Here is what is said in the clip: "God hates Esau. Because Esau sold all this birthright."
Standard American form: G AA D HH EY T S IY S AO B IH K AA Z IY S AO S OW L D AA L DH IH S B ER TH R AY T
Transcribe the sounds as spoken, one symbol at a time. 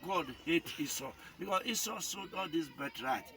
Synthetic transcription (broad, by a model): G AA D HH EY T IY S AO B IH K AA S IY S AO S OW D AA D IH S B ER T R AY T